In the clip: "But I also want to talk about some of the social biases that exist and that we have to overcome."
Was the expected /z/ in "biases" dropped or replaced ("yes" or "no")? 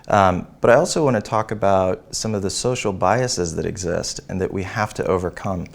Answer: no